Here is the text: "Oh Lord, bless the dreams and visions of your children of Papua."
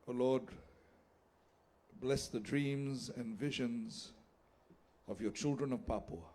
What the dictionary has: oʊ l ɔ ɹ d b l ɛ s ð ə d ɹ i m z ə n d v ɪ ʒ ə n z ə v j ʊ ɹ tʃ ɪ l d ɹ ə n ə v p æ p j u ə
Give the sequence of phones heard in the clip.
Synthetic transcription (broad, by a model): oʊ l ɔ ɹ d b l ɛ s ð ə d ɹ i m z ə n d v ɪ ʒ ə n z ə v j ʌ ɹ tʃ ɪ l d ɹ ə n ə v p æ p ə